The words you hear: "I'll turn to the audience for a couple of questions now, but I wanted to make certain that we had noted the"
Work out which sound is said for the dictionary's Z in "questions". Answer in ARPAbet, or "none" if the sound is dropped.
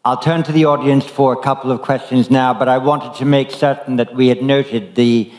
Z